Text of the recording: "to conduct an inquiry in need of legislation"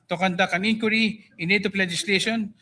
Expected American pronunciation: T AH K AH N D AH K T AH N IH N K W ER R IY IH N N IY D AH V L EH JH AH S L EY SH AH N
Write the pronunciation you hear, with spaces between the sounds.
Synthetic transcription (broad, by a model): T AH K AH N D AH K AH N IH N K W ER R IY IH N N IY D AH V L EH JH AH S L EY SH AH N